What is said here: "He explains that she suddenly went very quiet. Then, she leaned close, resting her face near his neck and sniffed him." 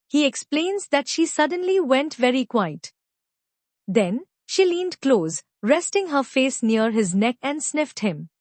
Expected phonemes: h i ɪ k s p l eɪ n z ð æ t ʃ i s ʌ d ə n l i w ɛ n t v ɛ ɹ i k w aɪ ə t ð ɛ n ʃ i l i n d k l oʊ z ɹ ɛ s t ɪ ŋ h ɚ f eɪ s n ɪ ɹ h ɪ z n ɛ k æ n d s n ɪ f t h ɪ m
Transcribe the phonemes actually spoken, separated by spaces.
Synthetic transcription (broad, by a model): h i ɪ k s p l eɪ n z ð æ t ʃ i s ʌ d ə n l i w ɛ n t v ɛ ɹ i k w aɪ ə t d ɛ n ʃ i l i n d k l oʊ z ɹ ɛ s t ɪ ŋ h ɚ f eɪ s n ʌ ɹ h ɪ z n ɛ k æ n d s n ɪ f t h ɪ m